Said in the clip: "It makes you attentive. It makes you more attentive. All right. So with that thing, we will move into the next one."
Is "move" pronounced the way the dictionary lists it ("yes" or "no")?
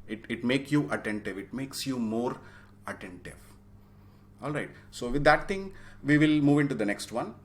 yes